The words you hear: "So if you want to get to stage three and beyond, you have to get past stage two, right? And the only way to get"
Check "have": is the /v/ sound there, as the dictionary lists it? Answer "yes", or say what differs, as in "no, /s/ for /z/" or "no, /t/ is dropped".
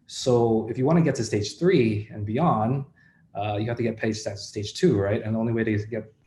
no, /f/ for /v/